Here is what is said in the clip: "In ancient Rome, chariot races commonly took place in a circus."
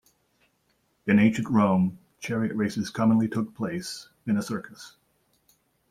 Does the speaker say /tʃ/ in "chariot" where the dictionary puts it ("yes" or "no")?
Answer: yes